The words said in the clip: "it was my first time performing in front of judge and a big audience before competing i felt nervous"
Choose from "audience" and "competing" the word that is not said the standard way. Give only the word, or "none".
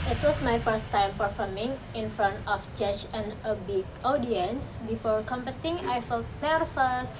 competing